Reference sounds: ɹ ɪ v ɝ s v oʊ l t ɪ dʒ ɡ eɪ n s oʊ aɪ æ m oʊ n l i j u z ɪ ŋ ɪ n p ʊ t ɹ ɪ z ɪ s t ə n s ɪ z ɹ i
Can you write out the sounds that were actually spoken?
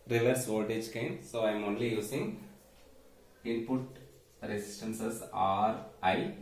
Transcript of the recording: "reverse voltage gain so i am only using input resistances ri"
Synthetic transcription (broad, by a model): ɹ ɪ v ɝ s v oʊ t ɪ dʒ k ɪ n s oʊ aɪ m oʊ n l i j u s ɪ ŋ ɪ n p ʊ t ɹ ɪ s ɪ s t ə n s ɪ s ɹ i